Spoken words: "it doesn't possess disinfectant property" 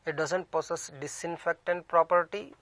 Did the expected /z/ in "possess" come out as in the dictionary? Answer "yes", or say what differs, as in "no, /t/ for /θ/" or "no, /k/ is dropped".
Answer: no, /s/ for /z/